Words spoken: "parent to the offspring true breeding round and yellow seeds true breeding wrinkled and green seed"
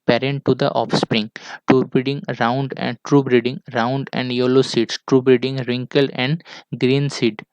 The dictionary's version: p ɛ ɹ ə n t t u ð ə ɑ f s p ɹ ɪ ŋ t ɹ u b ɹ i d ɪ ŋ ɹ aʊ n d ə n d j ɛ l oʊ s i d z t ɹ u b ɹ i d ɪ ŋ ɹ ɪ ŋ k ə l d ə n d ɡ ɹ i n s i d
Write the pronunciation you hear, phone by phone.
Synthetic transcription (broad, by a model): p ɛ ɹ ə n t t u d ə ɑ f s p ɹ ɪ ŋ t ɹ u b ɹ i d ɪ ŋ ɹ aʊ n d ə n d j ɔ l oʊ s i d s t ɹ u b ɹ i d ɪ ŋ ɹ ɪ ŋ k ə l ə n d ɡ ɹ i n s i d